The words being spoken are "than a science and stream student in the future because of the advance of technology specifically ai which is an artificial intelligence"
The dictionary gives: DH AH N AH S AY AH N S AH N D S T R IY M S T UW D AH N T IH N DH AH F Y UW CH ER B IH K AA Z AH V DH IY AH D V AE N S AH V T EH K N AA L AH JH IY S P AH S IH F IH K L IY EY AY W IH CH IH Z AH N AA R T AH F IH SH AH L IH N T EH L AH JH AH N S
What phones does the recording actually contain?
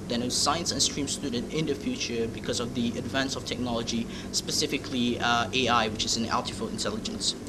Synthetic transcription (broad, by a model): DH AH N AH S AY AH N S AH N S T R IY M S T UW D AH N T IH N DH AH F Y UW CH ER B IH K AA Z AH V DH IY AH D V AE N S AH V T EH K N AA L AH JH IY S P AH S IH F IH K L IY EY AY W IH CH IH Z AH N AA L T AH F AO AH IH N T EH L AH JH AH N S